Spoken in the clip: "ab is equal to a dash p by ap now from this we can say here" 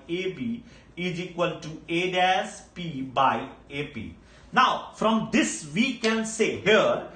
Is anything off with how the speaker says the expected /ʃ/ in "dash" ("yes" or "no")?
yes